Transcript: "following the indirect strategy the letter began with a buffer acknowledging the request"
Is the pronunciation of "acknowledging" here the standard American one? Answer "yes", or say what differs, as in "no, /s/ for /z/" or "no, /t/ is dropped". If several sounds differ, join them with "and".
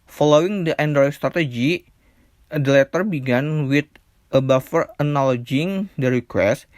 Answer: no, /k/ is dropped